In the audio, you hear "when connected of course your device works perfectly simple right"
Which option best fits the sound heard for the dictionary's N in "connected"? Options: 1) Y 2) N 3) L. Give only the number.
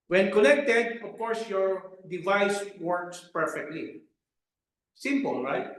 3